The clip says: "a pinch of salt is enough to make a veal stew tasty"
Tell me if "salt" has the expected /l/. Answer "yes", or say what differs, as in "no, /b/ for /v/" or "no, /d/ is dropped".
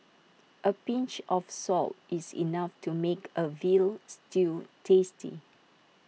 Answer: yes